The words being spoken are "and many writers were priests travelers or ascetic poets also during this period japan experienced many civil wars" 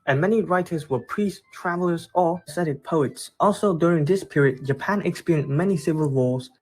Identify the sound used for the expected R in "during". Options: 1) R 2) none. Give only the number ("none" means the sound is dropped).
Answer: 1